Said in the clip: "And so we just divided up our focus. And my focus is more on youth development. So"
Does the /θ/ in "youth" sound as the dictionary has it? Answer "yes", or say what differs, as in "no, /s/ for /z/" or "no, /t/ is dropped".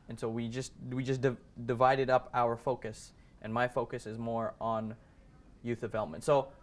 yes